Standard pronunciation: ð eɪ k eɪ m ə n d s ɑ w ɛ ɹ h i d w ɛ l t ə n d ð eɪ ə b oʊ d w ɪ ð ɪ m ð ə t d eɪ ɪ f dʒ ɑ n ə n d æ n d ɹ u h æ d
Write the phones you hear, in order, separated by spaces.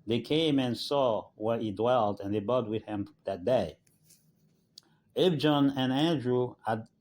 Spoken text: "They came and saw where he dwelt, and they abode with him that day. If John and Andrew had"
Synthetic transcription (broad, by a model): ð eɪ k eɪ m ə n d s ɑ w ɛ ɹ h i d w ɛ l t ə n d ð eɪ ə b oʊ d w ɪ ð ɪ m ð ə t d eɪ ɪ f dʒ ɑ n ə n æ n d ɹ u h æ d